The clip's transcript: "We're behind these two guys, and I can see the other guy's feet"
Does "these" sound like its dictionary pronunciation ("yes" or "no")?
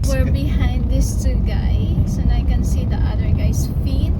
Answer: no